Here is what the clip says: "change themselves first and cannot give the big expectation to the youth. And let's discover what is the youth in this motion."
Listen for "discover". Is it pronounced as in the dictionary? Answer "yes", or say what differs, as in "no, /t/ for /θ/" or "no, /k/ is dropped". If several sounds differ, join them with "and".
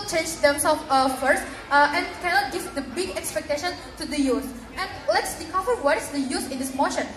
no, /s/ is dropped